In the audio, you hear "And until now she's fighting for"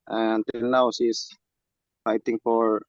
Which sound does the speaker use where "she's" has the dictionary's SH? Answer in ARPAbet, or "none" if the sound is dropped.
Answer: S